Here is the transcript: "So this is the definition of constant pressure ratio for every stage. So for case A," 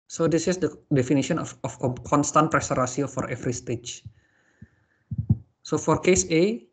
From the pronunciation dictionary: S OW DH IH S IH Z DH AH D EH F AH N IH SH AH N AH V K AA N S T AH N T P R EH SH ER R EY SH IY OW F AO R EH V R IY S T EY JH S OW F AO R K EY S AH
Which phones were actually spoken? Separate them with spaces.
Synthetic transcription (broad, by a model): S OW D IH S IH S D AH D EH F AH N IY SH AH N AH F K AA N S T AH N T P R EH S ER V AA S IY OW F AO R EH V R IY S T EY CH S OW F AO R K EY S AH